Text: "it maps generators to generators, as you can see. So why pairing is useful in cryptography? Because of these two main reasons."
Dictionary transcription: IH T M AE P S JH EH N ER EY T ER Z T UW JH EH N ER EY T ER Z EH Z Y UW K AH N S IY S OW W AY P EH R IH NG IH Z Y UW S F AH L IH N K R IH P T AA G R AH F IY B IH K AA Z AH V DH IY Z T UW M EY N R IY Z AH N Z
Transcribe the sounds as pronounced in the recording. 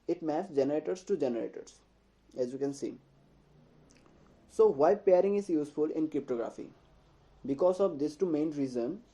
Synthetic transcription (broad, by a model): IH T M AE S JH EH N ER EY T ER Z T UW JH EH N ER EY T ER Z EH Z Y UW K AH N S IY S OW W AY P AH R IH NG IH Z Y UW S F AH L IH N K R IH P T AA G R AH F IY B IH K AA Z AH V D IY S T UW M EY N R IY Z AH N